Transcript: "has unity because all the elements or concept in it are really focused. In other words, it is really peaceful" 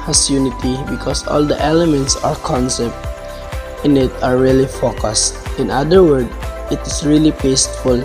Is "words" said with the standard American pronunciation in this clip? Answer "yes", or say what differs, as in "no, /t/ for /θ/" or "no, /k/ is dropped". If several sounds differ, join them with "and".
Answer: no, /z/ is dropped